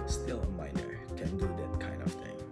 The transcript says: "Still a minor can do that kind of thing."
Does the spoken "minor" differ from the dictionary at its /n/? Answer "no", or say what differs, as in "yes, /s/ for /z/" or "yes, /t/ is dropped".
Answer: no